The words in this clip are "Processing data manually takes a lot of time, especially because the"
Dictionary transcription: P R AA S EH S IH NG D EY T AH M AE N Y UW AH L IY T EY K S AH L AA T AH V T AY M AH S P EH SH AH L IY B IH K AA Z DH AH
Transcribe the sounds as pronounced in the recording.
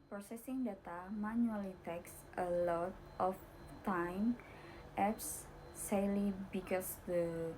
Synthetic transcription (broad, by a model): P R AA S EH S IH NG D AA T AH M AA N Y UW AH L IY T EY K S AH L AA T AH F T AY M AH P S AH L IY B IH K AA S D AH